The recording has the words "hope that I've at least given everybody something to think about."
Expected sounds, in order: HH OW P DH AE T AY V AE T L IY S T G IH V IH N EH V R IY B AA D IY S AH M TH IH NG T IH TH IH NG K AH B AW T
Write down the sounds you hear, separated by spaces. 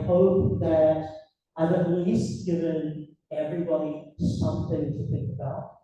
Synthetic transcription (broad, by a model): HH OW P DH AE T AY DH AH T L IY S T G IH V IH N EH V R IY B AA D IY S AH M TH IH NG T IH TH IH NG K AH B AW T